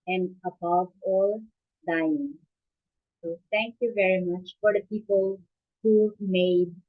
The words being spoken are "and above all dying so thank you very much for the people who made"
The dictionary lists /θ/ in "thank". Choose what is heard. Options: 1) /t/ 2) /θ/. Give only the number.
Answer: 1